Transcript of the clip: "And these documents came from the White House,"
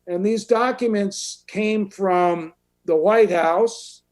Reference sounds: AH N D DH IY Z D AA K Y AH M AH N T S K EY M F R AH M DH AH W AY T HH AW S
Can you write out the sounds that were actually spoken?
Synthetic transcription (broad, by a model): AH N DH IY Z D AA K Y AH M AH N T S K EY M F R AH M DH AH W AY T HH AW S